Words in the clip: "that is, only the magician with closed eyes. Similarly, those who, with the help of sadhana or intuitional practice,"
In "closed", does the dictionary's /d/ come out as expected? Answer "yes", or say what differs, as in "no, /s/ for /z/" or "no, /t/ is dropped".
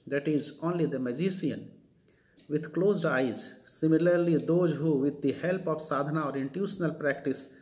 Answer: yes